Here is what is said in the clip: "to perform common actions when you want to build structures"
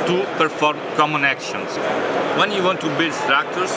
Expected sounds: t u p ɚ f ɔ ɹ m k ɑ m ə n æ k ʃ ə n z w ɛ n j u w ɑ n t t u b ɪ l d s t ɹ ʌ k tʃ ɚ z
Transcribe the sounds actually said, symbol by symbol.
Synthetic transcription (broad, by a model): t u p ɚ f ɔ ɹ m k ɑ m ə n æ k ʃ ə n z w ɛ n j u w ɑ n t t u b ɪ l d s t ɹ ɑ k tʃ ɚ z